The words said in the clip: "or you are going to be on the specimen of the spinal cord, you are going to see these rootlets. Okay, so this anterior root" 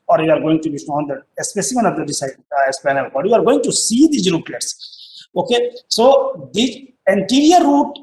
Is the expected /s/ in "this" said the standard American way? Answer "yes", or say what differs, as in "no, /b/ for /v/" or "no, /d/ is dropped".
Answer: no, /s/ is dropped